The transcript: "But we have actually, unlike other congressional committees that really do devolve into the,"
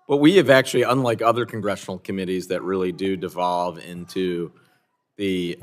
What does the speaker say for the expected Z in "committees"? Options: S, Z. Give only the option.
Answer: Z